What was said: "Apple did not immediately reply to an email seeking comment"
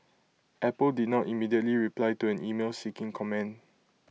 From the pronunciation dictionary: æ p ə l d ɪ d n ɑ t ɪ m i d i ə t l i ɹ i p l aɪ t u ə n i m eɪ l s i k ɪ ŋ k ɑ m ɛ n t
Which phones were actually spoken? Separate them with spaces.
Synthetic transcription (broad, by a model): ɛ p ə l d ɪ d n ɑ t ɪ m i d i ə t l i ɹ i p l aɪ t u ə n i m eɪ l s i k ɪ ŋ k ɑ m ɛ n